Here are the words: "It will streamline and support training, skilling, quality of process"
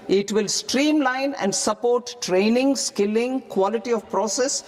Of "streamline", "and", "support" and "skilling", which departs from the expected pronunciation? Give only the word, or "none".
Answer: none